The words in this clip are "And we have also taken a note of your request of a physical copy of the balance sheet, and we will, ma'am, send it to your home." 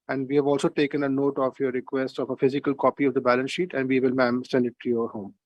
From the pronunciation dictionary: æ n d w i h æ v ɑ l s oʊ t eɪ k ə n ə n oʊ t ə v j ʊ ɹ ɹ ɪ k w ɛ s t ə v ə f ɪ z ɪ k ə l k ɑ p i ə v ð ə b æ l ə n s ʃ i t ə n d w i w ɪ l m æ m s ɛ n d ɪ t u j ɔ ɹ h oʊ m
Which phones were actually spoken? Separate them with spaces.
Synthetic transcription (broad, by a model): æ n d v i h æ v ɑ l s oʊ t eɪ k ə n ə n oʊ t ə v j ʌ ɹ ɹ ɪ k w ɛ s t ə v ə f ɪ z ɪ k ə l k ɑ p i ə v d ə b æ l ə n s ʃ i t ə n d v i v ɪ l m æ m s ɛ n d ɪ t u j ɔ ɹ h oʊ m